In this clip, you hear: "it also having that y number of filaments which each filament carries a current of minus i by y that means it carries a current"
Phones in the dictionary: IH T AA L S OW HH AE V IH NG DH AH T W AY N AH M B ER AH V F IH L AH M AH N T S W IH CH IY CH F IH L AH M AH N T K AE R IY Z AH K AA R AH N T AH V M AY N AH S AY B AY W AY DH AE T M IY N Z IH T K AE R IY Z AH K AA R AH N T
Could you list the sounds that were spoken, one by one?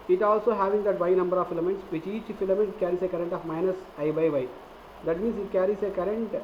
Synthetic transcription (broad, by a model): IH T AA L S OW HH AE V IH NG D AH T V AY N AH M B ER AH V F IH L AH M AH N T S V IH CH IY CH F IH L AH M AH N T K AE R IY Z AH K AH R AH N T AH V M AY N AH S AY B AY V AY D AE T M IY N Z IH T K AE R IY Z AH K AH R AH N T